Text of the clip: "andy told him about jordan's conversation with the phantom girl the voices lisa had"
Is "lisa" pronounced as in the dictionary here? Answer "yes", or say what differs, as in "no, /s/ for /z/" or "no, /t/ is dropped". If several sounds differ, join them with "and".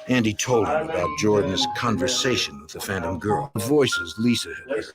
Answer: yes